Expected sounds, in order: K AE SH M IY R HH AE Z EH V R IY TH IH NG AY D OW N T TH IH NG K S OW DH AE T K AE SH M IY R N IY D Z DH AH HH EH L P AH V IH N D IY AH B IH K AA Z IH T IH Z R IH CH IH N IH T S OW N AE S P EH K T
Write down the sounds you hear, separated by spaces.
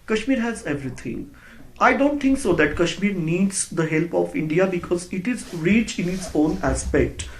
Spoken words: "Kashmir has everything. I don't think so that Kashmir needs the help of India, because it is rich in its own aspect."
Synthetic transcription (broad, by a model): K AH SH M IY R HH AE Z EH V R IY T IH NG AY D OW N T T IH NG K S OW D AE T K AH SH M IY R N IY D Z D AH HH EH L P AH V IH N D IY AH B IH K AA Z IH T IH Z R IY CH IH N IH T S OW N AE S P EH K T